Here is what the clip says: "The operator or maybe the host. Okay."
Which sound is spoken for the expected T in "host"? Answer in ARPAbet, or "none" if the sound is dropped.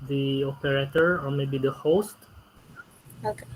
T